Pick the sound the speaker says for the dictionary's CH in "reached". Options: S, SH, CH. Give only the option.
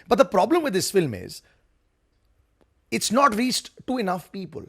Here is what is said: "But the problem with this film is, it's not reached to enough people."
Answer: S